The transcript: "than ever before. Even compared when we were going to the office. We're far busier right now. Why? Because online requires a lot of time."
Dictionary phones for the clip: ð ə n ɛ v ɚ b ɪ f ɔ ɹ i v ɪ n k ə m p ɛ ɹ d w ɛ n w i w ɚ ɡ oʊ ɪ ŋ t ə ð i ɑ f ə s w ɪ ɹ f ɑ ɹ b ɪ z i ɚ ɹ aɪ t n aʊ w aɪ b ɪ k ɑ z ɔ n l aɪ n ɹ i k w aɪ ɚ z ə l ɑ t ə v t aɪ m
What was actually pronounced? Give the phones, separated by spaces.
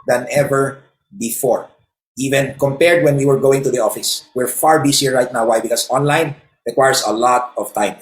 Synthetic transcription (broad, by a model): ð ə n ɛ v ɚ b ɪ f ɔ ɹ i v ɪ n k ə m p ɛ ɹ d w ɛ n w i w ɚ ɡ oʊ ɪ ŋ t ə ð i ɑ f ə s w ɪ ɹ f ɑ ɹ b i s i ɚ ɹ aɪ t n aʊ w aɪ b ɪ k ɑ s ɔ n l aɪ n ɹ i k w aɪ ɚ s ə l ɑ t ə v t aɪ m